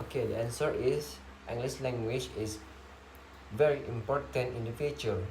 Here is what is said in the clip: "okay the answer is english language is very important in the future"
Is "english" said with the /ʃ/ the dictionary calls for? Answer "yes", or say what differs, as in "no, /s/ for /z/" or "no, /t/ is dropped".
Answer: no, /s/ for /ʃ/